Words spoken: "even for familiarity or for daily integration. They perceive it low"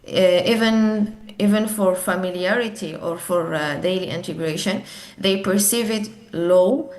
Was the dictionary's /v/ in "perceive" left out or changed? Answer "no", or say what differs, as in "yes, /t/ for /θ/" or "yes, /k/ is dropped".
no